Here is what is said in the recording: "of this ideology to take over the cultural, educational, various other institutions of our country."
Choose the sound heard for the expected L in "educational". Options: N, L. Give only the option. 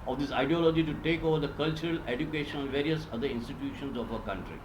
N